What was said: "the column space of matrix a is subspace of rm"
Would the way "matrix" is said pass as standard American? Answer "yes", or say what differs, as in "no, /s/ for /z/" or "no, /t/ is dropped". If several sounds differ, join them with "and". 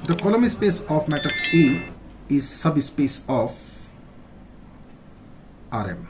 no, /ɹ/ is dropped